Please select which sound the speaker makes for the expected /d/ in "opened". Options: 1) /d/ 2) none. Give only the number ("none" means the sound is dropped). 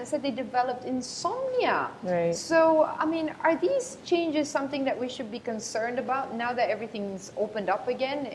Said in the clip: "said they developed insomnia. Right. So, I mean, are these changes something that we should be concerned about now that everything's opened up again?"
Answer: 1